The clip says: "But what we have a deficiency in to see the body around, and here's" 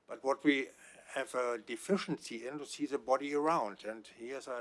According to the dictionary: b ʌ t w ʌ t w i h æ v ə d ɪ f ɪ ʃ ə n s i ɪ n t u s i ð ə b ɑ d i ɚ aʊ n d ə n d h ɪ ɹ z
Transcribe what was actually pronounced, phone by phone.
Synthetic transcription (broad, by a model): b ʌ t w ʌ t w i h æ v ə d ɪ f ɪ ʃ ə n s i ɪ n t u s i ð ə b ɑ d i ɚ aʊ n d ə n d h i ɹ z